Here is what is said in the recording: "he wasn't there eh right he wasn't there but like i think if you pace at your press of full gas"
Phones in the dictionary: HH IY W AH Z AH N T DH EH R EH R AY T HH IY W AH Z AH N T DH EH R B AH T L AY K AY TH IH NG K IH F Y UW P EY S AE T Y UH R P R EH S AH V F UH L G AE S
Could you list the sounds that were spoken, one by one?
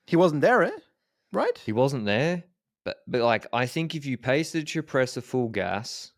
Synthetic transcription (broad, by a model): HH IY W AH Z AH N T DH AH R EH R AY T HH IY W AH Z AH N DH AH R B AH T L AY K AY TH IH NG K IH F Y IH P EY S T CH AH R P R EH S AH F UH L G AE S